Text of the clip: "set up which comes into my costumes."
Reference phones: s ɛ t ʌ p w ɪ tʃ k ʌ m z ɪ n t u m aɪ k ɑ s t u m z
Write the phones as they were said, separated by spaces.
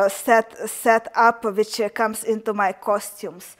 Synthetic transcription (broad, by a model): s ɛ t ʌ p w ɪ tʃ k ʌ m s ɪ n t u m aɪ k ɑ s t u m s